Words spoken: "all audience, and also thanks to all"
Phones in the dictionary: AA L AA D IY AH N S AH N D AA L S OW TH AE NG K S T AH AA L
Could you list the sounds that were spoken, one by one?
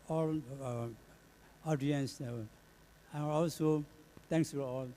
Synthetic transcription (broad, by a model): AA L AA D IY AH N S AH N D AA L S OW T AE NG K S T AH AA L